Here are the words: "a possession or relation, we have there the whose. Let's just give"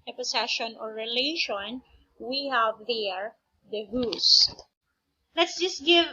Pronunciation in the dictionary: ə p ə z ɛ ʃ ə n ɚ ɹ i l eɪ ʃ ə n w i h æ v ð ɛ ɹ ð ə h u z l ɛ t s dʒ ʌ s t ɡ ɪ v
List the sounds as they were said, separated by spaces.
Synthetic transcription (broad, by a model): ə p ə s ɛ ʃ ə n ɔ ɹ i l eɪ ʃ ə n w i h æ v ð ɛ ɹ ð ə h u s l ɛ t s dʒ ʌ s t ɡ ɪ v